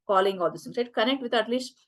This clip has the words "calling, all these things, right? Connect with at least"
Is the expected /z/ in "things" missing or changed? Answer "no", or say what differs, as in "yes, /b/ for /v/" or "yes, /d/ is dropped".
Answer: yes, /z/ is dropped